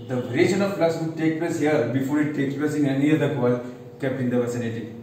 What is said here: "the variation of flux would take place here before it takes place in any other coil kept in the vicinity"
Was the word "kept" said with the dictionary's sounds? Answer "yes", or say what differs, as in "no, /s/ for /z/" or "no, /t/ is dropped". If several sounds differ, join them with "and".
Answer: no, /t/ is dropped